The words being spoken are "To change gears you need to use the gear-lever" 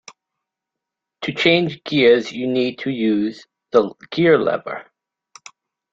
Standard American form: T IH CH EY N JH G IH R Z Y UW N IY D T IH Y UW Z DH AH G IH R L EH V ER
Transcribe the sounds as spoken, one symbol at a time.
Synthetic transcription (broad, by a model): T IH CH EY N JH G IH Z Y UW N IY D T IH Y UW Z DH AH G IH R L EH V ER